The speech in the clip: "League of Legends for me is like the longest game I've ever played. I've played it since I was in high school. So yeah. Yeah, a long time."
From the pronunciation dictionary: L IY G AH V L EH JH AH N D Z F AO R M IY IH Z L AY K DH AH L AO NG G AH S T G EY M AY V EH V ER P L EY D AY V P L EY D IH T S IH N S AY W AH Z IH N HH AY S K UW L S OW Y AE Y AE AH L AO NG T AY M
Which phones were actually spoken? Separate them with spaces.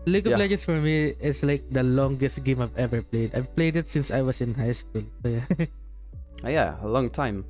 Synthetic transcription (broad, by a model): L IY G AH P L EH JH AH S F AO R M IY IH S L AY K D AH L AO NG G AH S T G EY M AY V EH V ER P L EY D AY V P L EY D IH T S IH N S AY W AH S IH N HH AY S K UW L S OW Y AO Y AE AH L AO NG T AY M